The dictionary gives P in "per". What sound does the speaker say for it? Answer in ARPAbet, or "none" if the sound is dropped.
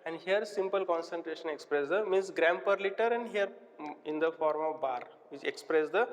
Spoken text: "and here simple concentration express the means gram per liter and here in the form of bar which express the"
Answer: P